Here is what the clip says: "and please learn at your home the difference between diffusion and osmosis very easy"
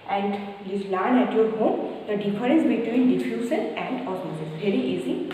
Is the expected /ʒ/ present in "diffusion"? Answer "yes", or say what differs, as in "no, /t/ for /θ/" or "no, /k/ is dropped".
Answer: no, /s/ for /ʒ/